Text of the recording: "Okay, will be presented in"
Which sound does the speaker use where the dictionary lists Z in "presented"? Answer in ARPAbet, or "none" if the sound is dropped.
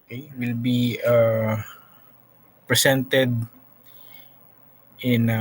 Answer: S